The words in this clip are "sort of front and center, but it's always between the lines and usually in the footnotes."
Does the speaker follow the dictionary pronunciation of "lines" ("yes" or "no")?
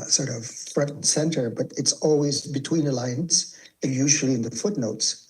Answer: no